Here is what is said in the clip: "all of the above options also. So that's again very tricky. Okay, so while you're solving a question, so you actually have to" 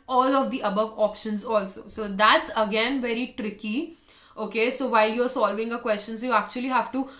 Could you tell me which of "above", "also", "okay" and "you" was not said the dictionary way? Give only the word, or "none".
none